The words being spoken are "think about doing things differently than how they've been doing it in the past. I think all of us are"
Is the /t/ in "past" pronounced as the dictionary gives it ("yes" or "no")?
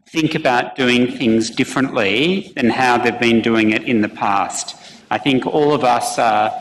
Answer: yes